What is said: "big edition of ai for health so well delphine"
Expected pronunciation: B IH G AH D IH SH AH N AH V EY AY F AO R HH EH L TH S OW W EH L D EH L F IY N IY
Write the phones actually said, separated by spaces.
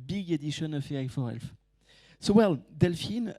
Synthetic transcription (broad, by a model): B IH G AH D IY SH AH N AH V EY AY F AO R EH L F S OW W EH L D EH L F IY N